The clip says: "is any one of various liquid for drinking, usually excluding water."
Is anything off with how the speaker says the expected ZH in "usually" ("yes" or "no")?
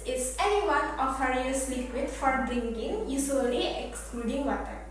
yes